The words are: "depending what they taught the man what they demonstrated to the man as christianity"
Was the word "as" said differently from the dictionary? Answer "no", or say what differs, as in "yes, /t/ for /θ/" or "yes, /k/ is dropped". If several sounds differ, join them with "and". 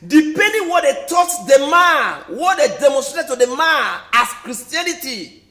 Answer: yes, /s/ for /z/